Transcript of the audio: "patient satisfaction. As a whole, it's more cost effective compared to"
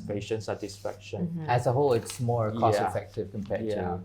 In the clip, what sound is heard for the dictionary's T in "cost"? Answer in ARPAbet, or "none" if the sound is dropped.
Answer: none